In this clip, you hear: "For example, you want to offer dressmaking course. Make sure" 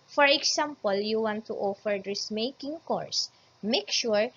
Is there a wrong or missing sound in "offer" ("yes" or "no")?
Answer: no